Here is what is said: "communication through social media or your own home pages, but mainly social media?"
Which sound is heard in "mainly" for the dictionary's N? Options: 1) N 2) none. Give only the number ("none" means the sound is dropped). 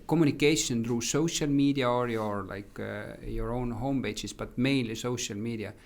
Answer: 2